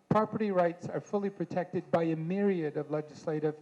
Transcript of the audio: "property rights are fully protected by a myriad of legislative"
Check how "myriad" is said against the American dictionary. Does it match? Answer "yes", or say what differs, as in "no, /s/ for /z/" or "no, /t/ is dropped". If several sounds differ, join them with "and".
yes